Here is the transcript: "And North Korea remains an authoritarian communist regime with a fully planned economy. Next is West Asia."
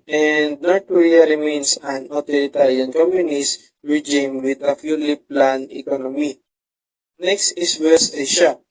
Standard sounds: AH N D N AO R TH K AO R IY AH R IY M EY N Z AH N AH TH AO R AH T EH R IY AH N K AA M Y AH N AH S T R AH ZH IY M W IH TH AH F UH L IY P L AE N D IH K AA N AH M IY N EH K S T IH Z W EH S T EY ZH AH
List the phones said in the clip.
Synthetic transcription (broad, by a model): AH N D N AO R T K AO R IY AH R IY M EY N S AH N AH T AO R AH T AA R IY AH N K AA M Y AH N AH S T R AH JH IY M W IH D AH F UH L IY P L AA N IH K AA N AH M IY N EH K S T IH S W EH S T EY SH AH